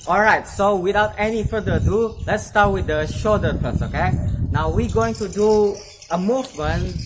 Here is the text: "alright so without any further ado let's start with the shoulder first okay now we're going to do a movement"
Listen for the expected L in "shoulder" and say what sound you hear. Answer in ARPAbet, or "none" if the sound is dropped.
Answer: none